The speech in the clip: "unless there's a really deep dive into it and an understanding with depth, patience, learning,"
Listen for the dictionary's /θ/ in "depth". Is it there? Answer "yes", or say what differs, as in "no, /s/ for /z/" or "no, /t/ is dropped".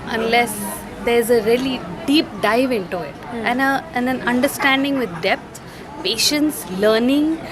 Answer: no, /t/ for /θ/